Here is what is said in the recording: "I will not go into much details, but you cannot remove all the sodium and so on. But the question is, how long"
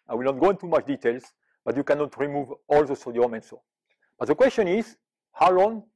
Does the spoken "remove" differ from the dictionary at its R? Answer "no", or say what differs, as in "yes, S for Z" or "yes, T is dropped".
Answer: no